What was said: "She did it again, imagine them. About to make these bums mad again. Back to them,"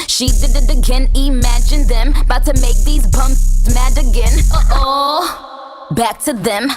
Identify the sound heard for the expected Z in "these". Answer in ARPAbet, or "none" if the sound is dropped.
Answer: Z